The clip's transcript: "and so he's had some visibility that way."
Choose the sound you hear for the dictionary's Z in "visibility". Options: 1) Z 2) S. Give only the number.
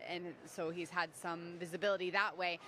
1